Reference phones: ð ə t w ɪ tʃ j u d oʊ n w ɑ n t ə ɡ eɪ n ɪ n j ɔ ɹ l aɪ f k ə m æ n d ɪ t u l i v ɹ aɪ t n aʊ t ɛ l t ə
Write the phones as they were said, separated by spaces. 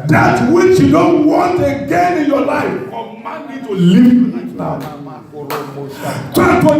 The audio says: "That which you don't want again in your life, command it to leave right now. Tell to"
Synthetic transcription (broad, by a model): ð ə t w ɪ tʃ j u d oʊ n w ɑ n t ə ɡ eɪ n ɪ n j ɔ l aɪ f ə m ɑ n ɪ t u l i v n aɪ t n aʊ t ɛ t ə